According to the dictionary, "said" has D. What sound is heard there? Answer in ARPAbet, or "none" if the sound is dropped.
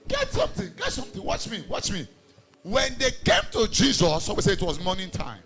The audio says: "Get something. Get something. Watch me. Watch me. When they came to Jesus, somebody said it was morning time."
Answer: none